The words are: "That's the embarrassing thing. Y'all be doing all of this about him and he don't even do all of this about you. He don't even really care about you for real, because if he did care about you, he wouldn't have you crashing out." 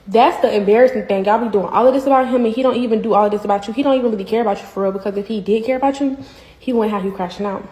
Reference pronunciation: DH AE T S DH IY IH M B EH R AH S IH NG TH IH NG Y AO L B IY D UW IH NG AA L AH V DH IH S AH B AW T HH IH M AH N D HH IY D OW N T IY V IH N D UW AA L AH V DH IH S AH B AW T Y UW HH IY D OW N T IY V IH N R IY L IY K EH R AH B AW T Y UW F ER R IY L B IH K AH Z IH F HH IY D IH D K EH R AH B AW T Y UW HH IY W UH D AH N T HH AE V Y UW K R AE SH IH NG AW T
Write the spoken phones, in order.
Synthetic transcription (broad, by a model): DH AE T S DH IY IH M B EH R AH S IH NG TH IH NG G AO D B IY D UW IH NG AA L AH V DH IH S AH B AW T HH IH M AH N HH IY D OW N T IY V IH N D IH AA L AH V DH IH S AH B AW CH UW HH IY D OW N T IY V IH N W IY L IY K EH R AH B AW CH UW F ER R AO B IH K AH Z IH F HH IY D IH D K EH R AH B AW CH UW HH IY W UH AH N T HH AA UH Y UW K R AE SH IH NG AW T